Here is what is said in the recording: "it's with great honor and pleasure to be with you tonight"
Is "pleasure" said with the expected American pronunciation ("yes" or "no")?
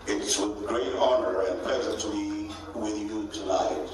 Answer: no